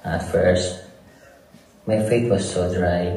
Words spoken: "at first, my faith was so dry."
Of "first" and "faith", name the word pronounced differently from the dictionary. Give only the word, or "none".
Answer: faith